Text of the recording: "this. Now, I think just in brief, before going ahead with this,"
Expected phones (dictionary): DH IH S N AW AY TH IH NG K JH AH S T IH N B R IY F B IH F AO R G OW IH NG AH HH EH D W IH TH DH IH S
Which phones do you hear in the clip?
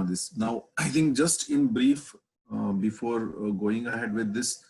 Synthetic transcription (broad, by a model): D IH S N AW AY T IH NG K JH AH S T IH N B R IY F B IH F AO R G OW IH NG AH HH EH D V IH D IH S